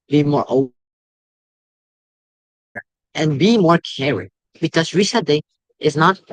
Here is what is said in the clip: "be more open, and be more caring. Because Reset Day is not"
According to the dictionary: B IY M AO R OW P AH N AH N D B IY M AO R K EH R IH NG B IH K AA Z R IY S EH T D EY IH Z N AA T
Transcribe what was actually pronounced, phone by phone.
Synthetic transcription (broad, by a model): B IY M AO R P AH AH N B IY M AO R K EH R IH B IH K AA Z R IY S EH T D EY IH Z N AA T